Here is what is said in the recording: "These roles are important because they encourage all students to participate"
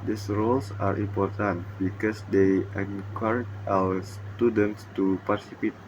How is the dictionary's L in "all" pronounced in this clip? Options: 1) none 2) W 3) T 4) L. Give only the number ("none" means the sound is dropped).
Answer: 2